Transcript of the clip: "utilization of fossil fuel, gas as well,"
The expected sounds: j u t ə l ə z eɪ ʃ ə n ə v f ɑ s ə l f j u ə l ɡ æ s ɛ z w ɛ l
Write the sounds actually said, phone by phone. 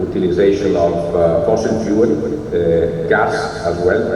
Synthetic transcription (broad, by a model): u t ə l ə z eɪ ʃ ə n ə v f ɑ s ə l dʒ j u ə n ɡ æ s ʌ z w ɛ l